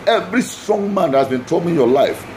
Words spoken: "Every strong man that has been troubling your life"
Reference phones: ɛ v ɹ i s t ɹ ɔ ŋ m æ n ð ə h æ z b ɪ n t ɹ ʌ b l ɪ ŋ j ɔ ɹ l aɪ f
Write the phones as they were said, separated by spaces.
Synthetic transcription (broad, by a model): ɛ v ɹ i s t ɹ ɔ ŋ m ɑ n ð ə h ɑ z b ɪ n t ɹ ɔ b ɪ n j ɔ l aɪ f